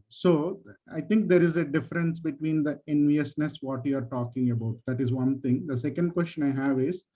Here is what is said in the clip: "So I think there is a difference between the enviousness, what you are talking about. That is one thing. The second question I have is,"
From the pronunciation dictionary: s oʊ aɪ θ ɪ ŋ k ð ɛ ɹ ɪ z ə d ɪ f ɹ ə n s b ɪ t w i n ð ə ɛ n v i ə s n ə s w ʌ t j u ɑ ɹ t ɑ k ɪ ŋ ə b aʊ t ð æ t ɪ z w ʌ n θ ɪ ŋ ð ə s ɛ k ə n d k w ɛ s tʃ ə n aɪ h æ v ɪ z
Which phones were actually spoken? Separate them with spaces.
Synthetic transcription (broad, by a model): s oʊ aɪ t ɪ ŋ k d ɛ ɹ ɪ z ə d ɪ f ɹ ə n s b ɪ t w i n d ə ɛ n v i ə s n ə s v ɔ t j u ɑ ɹ t ɑ k ɪ ŋ ə b aʊ t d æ t ɪ z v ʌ n t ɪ ŋ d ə s ɛ k ə n d k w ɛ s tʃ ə n aɪ h æ v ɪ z